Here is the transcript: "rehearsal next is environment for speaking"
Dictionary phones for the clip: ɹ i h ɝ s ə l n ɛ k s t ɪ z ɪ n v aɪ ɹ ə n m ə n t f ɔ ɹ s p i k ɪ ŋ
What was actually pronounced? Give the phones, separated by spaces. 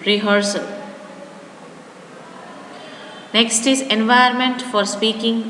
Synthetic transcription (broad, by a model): ɹ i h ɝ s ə l n ɛ k s t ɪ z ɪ n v aɪ ə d m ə n t f ɔ ɹ s p i k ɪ ŋ